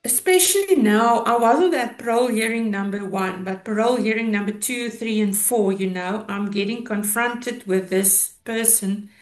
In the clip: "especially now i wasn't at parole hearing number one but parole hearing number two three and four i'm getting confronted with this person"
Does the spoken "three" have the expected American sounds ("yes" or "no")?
yes